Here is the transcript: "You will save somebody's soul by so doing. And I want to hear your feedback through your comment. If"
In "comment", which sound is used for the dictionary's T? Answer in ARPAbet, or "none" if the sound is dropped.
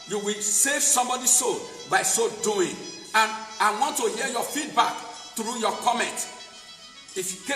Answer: T